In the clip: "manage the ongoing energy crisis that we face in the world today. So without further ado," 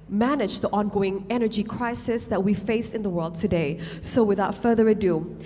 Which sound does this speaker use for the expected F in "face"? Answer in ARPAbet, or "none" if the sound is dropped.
F